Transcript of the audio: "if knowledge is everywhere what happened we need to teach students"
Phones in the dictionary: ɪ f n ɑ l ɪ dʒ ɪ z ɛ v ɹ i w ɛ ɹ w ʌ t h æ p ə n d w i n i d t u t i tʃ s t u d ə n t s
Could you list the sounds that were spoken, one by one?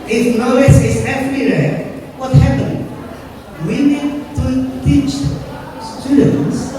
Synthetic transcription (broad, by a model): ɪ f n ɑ ɪ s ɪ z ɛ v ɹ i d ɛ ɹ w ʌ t h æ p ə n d w i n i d t u t i tʃ s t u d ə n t s